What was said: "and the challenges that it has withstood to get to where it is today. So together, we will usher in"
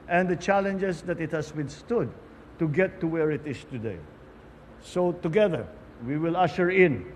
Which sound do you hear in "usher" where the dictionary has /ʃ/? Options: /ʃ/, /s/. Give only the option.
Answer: /ʃ/